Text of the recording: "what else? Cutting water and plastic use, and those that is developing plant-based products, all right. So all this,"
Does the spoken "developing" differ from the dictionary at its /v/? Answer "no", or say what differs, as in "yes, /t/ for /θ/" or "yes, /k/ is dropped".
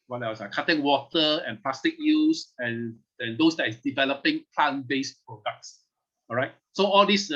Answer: no